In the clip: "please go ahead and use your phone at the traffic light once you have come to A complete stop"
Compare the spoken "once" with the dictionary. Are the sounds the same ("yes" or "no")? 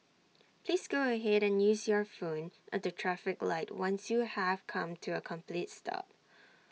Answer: yes